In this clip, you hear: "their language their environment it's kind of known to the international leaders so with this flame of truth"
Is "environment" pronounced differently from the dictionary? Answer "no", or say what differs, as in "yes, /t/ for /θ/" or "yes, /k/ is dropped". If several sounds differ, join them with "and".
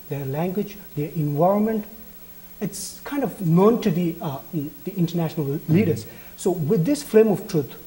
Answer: no